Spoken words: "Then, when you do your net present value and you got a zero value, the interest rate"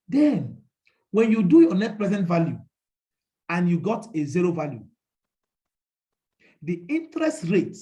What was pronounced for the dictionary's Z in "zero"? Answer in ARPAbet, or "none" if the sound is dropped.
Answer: Z